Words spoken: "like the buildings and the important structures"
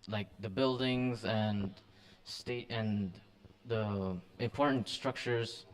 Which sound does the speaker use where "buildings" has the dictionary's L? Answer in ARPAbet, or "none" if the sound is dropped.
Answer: L